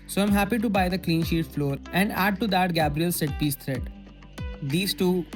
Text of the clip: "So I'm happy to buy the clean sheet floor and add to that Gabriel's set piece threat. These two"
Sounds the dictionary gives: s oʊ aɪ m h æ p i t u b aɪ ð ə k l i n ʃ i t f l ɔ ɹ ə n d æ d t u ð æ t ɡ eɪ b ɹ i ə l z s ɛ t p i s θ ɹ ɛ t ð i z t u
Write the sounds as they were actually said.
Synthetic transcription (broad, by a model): s oʊ aɪ m h æ p i t u b aɪ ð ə k l i n ʃ i t f l ɔ ɹ ə n d æ d t u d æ t ɡ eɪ b ɹ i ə l s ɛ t p i s t ɹ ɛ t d i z t u